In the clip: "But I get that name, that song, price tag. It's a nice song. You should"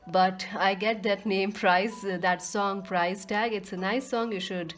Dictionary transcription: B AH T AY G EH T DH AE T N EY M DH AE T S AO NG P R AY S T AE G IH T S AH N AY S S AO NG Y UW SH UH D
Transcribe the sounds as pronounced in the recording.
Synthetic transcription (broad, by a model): B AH T AY G EH T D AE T N EY M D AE T S AO NG P R AY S T AE G IH T S AH N AY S S AO NG Y UW SH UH D